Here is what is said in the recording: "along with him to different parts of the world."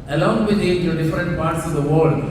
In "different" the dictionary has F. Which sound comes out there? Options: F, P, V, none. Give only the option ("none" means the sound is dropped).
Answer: F